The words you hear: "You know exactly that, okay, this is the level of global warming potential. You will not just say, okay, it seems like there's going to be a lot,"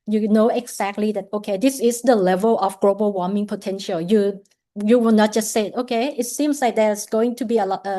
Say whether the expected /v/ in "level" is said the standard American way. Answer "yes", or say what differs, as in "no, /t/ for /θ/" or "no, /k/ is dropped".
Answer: yes